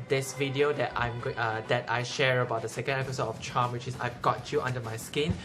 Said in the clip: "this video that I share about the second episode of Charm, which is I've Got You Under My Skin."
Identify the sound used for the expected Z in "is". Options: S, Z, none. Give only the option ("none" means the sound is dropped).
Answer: S